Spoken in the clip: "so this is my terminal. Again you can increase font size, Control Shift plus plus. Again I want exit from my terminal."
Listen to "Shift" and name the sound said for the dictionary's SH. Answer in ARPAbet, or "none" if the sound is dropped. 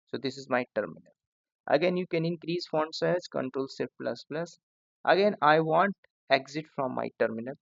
S